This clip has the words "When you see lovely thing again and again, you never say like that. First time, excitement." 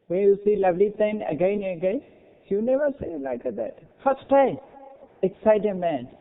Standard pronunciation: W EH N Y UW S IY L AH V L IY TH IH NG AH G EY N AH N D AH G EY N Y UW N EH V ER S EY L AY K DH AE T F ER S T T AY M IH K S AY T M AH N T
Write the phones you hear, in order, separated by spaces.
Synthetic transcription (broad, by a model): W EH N Y UW S IY L AH V L IY T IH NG AH G EY N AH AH G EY Y UW N EH V ER S EY L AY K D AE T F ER S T T AY M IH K S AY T M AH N